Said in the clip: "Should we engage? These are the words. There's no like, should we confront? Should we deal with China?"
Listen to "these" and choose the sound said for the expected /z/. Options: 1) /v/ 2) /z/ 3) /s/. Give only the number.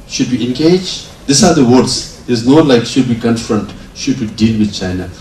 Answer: 3